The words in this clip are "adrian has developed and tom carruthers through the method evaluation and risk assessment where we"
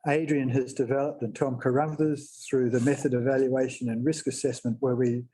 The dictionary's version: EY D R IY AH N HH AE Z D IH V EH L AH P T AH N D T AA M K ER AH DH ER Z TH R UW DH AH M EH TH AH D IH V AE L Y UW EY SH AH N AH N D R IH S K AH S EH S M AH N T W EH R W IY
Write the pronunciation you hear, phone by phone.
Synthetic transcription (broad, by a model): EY D R IY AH N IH Z D IH V EH L AH P T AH N T AA M K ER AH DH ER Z TH R UW DH AH M EH TH AH D IH V AE L Y UW EY SH AH N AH N R IH S K AH S EH S M AH N T W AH R W IY